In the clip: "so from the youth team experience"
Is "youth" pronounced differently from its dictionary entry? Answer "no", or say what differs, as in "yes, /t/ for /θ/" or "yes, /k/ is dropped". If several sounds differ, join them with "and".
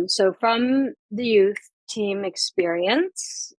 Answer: no